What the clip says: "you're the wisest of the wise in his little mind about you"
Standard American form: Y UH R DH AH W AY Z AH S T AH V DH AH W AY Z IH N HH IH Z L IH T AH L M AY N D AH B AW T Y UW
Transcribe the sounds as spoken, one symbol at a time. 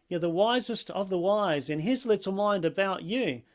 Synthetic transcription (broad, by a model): Y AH R DH AH W AY Z AH S T AH V DH AH W AY Z IH N IH Z L IH T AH L M AY N D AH B AW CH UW